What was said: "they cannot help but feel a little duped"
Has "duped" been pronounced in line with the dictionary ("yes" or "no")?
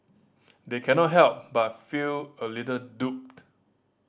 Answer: yes